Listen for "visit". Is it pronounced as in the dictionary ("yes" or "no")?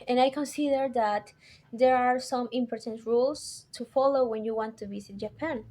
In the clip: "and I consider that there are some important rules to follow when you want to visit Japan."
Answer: no